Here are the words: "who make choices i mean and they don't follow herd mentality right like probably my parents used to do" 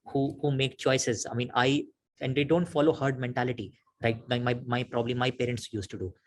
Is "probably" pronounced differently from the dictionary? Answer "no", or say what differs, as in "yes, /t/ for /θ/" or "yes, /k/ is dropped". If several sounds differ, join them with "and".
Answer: no